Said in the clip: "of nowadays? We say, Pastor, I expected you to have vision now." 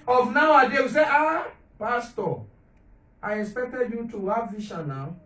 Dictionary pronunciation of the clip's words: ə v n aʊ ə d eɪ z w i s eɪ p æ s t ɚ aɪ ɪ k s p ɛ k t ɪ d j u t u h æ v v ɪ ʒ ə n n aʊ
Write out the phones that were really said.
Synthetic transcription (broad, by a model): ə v n aʊ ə d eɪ w i s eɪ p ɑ s t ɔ aɪ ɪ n s p ɛ k t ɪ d j u t u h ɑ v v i ʃ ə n n aʊ